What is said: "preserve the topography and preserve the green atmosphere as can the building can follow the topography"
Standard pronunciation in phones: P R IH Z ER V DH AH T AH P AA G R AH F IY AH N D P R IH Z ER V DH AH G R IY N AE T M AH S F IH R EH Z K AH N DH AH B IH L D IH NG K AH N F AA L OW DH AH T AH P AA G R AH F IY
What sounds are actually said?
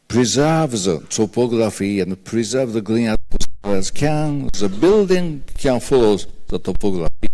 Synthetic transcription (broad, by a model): P R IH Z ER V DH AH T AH P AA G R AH F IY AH N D P R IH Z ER V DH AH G L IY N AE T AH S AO L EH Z K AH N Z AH B IH L D IH NG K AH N F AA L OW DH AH T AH P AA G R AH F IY